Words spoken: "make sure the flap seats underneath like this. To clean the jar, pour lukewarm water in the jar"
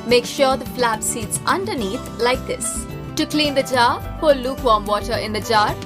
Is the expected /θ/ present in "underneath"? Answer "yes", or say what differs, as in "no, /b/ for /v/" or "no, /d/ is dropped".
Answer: no, /t/ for /θ/